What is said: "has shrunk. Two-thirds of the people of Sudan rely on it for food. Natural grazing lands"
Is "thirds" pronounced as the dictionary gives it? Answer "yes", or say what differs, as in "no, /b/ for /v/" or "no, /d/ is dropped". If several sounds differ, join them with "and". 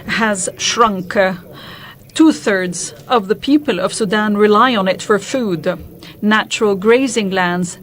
yes